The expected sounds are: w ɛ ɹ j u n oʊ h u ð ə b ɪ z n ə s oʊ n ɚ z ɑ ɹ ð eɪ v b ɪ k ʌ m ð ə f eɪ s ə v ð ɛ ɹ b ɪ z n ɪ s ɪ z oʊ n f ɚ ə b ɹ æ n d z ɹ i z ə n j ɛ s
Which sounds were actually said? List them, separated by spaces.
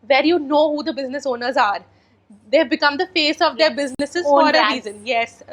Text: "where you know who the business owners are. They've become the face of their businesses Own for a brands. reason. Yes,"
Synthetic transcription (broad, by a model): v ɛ ɹ j u n oʊ h u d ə b ɪ z n ə s oʊ n ɚ z ɑ ɹ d eɪ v b ɪ k ʌ m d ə f eɪ s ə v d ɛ ɹ b ɪ z n ɪ s ɪ z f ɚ ə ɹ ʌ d ɹ i z ə n j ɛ s